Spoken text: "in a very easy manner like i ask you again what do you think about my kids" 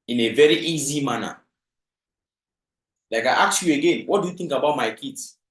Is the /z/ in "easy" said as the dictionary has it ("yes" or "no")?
yes